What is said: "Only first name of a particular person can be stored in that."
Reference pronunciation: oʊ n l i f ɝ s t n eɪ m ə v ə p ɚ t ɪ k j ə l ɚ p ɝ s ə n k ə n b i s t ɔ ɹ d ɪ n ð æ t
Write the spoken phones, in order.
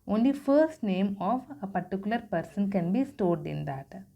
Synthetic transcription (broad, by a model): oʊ n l i f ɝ s t n eɪ m ə v ə p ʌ t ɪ k j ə l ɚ p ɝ s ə n k ə n b i s t ɔ ɹ d ɪ n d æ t